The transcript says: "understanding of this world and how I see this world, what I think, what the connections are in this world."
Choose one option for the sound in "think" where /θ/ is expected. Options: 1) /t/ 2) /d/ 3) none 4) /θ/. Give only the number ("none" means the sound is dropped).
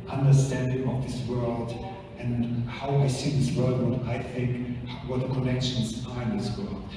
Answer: 4